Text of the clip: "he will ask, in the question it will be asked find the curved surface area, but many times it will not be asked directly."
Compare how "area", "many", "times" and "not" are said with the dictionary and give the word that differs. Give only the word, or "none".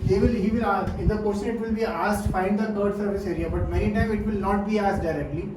times